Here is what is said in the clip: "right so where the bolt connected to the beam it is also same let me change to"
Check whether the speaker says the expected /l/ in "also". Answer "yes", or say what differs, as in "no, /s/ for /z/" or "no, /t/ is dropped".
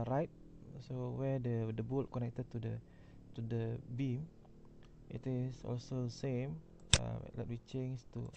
yes